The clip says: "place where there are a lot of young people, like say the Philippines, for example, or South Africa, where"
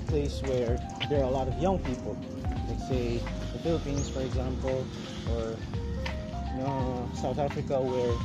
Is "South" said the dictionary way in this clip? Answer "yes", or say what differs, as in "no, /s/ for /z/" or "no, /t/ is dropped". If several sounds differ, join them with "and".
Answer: yes